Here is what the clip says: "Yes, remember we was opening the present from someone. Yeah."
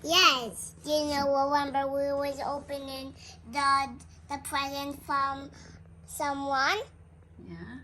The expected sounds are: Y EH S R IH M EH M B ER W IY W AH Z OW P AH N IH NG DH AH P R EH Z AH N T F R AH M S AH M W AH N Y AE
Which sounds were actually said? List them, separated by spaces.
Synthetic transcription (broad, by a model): Y EH S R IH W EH M B ER W IY W AH Z OW P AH N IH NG DH AH P R EH Z AH N T F R AH M S AH M W AH N Y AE